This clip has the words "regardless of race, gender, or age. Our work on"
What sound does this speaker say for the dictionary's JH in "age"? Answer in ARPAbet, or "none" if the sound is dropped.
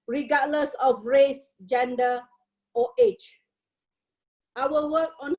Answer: CH